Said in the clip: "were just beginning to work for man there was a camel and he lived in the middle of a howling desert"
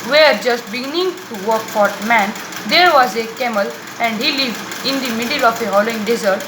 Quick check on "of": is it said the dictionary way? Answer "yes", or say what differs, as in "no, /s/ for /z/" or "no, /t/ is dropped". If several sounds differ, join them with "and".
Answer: no, /f/ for /v/